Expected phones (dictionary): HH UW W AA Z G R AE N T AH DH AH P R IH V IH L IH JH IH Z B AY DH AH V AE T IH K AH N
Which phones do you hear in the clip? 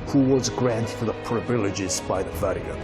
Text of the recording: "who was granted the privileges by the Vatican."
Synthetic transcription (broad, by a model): HH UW W AA Z G R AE N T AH DH AH P R IH V IH L IH JH IH Z B AY DH AH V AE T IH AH